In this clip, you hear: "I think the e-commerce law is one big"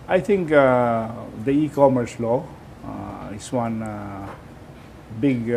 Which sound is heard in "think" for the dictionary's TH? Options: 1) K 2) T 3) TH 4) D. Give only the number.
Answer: 2